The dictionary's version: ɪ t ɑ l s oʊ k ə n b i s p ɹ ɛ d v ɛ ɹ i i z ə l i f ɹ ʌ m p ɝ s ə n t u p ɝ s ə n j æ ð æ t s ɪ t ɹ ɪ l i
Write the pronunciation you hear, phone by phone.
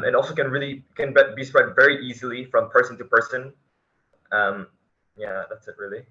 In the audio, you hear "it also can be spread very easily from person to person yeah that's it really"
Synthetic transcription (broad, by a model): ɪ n ɑ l s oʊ k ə n b i s p ɹ ɛ d v ɛ ɹ i i z ə l i f ɹ ʌ m p ɝ s ə n t u p ɝ s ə n j æ ð æ t s ɪ t ɹ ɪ l i